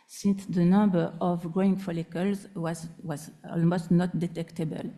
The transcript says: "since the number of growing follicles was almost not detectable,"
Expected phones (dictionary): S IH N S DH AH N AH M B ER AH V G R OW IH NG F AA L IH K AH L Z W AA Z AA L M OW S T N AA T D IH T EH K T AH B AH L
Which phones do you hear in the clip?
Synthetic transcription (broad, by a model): S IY N S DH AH N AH B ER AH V G R OW IH NG F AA L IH K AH L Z W AA Z AA L M OW S T N AA T D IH T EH K T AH B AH L